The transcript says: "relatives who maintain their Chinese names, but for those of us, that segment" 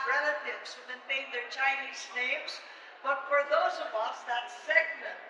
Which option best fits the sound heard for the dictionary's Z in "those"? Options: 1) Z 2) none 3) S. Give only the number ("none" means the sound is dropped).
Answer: 1